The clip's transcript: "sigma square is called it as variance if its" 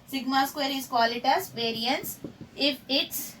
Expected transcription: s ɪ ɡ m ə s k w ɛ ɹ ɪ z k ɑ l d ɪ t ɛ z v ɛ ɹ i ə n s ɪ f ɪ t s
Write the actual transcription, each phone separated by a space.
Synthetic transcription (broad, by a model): s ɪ ɡ m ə s k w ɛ ɹ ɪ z k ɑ l ɪ t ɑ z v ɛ ɹ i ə n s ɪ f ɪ t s